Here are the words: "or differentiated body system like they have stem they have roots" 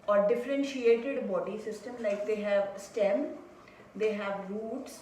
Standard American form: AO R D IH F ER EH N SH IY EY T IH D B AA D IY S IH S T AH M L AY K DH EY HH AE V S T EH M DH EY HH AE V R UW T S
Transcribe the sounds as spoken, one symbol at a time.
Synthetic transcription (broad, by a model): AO R D IH F ER EH N SH IY EY T IH D B AA D IY S IH S T AH M L AY K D EY HH AE V S T EH M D EY HH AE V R UW T S